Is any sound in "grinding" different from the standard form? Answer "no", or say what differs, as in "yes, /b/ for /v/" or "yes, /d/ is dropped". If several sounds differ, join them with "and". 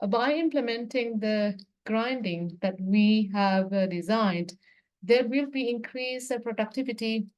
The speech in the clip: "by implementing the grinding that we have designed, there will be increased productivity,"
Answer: no